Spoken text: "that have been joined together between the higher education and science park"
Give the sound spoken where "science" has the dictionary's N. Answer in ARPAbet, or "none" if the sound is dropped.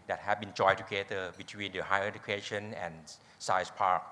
none